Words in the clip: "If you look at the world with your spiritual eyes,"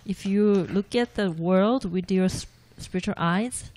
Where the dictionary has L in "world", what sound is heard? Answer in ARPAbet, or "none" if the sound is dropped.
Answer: L